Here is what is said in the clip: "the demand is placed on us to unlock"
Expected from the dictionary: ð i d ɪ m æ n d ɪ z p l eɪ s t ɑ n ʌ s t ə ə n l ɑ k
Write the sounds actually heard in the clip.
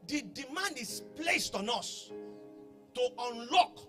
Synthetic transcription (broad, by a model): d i d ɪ m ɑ n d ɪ s p l eɪ s t ɑ n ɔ s t ə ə n l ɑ k